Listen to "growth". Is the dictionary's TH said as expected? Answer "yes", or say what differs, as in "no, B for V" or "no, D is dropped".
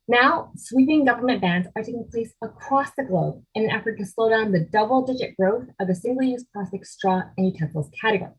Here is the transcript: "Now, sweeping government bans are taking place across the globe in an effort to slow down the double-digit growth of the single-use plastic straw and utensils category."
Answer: yes